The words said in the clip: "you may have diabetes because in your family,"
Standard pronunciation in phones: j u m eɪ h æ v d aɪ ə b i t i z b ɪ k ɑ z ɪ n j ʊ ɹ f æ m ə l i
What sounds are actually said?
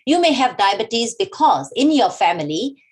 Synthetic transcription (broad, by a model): j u m eɪ h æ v d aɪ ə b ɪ t i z b ɪ k ɑ z ɪ n j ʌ ɹ f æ m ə l i